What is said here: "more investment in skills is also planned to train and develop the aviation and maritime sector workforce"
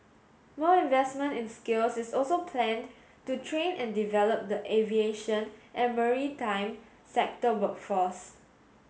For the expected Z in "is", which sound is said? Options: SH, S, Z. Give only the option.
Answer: S